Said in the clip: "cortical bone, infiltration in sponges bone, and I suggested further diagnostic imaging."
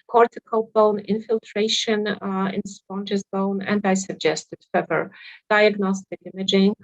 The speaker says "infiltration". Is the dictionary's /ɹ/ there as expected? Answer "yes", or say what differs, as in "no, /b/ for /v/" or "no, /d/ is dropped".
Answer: yes